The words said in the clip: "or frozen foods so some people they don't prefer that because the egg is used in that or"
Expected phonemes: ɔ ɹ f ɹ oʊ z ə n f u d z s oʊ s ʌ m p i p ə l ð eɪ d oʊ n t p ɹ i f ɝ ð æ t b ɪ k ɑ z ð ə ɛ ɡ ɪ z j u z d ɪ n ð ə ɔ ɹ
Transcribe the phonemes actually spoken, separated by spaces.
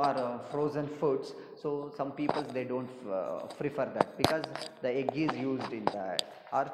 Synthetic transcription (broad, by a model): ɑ ɹ f ɹ oʊ z ə n f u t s s oʊ s ʌ m p i p ə l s eɪ d oʊ n t f ɹ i f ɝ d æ t b ɪ k ɑ z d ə ɛ ɡ ɪ z j u z d ɪ n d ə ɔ ɹ